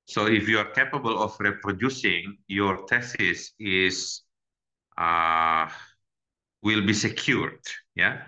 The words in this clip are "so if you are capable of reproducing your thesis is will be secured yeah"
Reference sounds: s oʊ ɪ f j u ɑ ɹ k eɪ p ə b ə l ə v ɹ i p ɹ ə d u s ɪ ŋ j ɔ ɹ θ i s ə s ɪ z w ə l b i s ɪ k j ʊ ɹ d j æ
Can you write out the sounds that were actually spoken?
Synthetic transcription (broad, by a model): s oʊ ɪ f j u ɑ ɹ k eɪ p ə b ə l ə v ɹ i p ɹ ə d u s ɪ ŋ j ɔ ɹ t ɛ s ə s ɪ s w ə l b i s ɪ k j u ɹ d j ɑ